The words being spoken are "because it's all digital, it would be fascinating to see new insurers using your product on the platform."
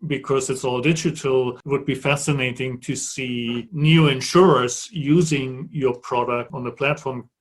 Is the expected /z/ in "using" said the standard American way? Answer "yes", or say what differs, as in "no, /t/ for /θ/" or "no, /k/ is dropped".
yes